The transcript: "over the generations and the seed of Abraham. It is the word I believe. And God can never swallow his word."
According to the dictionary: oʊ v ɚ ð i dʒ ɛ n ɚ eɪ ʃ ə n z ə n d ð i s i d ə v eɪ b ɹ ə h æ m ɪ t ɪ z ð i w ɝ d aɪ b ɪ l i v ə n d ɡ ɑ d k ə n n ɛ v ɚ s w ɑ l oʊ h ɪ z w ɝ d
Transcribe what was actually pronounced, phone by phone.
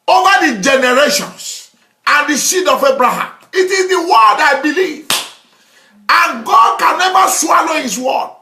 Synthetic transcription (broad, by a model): oʊ v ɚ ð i dʒ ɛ n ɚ eɪ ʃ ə n s ə n d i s i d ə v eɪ b ɹ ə h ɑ m ɪ t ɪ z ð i w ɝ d aɪ b ɪ l i v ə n ɡ ɑ d k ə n n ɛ v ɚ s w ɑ l oʊ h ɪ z w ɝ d